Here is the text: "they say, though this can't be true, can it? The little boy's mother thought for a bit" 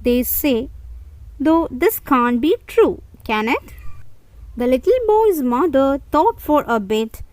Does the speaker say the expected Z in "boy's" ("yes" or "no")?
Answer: yes